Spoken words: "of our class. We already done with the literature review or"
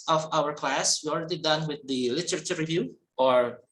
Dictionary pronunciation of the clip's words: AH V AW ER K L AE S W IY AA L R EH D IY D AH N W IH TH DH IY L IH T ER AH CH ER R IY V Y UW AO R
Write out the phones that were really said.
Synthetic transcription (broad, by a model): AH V AW ER K L AE S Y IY AA L R EH D IY D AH N W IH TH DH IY L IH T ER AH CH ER R IY V Y UW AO R